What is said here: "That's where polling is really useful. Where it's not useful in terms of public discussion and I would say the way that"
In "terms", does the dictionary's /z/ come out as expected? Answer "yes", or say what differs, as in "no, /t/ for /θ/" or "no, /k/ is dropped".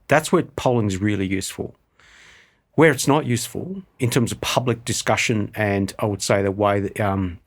yes